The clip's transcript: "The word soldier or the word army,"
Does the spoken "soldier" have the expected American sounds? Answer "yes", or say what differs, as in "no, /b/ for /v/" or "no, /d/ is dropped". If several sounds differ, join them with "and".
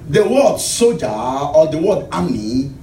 no, /l/ is dropped